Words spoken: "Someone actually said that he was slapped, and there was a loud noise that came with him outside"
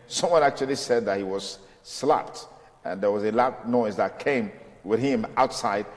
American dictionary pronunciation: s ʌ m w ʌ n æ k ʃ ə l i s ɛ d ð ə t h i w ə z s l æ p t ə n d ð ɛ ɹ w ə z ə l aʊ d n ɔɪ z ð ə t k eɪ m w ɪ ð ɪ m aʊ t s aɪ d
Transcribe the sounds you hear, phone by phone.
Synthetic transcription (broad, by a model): s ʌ m w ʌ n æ k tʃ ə l i s ɛ d ð ə t h i w ə z s l æ p t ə n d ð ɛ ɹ w ə z ə l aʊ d n ɔɪ z ð ə t k eɪ m w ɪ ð ɪ m aʊ t s aɪ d